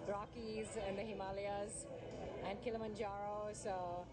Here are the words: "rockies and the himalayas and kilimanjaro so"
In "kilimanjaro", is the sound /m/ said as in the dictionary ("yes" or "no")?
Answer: yes